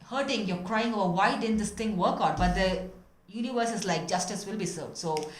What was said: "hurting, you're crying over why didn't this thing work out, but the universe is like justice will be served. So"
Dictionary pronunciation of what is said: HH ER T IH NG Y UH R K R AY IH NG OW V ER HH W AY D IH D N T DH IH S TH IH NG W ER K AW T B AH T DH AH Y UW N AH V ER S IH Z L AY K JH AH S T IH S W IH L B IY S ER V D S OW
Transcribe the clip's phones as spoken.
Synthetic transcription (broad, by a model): HH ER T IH NG Y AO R K R AY IH NG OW B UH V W AY D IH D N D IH S T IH NG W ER K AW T B AH T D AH Y UW N AH V ER S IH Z L AY K JH AH S T IH S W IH L B IY S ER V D S OW